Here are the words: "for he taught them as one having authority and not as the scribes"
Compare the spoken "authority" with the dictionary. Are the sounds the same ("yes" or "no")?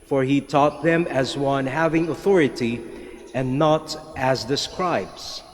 yes